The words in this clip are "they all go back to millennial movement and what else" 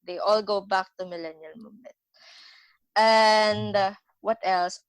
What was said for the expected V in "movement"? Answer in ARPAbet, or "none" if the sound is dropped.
none